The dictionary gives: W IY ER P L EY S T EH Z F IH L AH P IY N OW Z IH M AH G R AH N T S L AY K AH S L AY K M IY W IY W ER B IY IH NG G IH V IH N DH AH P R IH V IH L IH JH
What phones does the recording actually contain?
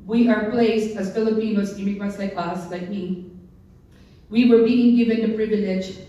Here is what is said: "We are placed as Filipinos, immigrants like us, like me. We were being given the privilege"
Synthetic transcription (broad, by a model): W IY ER P L EY S T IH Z F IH L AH P IY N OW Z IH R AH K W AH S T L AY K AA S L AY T M IY W IY W ER B IY IH NG G IH V IH N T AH P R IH V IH L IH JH